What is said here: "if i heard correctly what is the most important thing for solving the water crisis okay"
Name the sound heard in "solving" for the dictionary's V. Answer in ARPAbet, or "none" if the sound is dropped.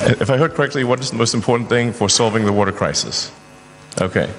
V